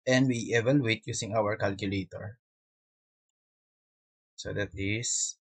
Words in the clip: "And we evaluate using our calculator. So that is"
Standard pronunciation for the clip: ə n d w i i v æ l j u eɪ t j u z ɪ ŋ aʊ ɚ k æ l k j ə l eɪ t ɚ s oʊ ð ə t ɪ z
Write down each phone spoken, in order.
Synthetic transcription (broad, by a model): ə n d w i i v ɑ l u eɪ t j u s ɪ ŋ aʊ ɚ k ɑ l k j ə l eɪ t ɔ s oʊ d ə t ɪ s